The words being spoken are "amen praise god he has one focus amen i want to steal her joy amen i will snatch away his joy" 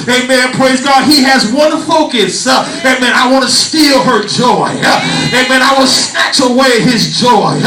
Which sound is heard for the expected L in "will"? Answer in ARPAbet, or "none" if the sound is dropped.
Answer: N